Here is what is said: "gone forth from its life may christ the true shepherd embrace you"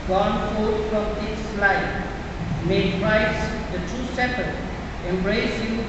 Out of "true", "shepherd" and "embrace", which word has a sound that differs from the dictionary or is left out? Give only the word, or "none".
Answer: shepherd